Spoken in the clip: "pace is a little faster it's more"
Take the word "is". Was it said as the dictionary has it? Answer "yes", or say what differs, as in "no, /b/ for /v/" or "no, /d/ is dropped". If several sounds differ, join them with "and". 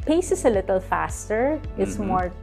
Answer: no, /s/ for /z/